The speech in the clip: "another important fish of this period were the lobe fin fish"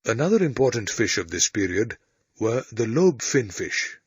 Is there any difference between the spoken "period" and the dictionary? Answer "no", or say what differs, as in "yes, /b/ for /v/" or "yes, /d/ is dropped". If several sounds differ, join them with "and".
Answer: no